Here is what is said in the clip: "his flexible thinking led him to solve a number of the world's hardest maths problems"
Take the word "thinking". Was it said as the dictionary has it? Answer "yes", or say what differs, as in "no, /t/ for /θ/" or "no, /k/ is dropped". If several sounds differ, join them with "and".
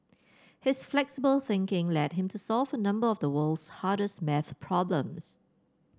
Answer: yes